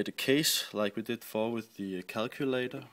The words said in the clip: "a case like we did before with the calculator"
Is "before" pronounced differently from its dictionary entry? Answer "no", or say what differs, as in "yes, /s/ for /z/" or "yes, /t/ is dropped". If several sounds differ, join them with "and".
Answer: yes, /l/ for /ɹ/